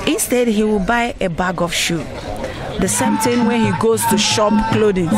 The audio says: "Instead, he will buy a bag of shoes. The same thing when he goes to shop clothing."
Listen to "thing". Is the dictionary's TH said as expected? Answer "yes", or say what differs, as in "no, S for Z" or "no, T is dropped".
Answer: no, T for TH